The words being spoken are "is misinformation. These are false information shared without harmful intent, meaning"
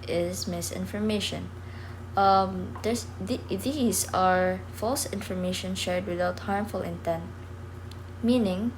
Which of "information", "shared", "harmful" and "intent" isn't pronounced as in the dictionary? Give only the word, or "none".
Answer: none